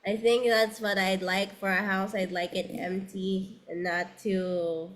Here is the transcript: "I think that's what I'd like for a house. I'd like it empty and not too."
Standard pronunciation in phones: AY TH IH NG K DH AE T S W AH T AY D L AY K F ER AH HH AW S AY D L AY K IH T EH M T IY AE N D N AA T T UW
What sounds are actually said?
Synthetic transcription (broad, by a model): AY TH IH NG K DH AE T S W AH T AY D L AY K F ER AH HH AW S AY D L AY K IH T EH M T IY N N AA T T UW